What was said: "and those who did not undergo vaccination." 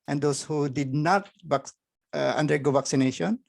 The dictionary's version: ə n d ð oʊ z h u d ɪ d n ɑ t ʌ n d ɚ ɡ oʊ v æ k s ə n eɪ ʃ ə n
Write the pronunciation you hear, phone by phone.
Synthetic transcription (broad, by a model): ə n d oʊ s h u d ɪ d n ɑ t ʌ n d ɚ ɡ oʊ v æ k s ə n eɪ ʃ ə n